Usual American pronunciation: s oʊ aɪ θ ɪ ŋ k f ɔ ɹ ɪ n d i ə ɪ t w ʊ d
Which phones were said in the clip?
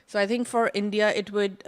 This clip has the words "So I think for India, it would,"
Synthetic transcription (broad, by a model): s oʊ aɪ t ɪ ŋ k f ɔ ɹ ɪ n d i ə ɪ t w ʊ d